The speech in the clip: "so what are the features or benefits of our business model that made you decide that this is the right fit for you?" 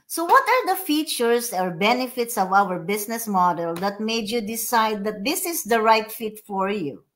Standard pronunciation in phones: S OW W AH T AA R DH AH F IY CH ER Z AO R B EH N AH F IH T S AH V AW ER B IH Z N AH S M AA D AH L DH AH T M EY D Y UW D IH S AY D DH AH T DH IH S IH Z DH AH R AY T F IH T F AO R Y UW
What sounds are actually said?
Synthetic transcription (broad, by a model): S OW W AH T AA R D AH F IY CH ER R AO R B EH N AH F IH T S AH V AW ER B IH S N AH S M AA D AH L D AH T M EY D Y UW D IH S AY D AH T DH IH S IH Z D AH R AY T F IH T F AO R Y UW